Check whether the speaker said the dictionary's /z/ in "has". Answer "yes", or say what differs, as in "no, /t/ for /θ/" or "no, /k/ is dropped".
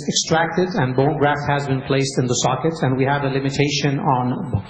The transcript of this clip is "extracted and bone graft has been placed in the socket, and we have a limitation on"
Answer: yes